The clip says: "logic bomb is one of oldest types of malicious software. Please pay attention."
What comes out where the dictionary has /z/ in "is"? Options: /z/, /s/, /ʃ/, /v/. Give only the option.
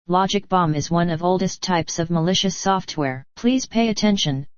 /z/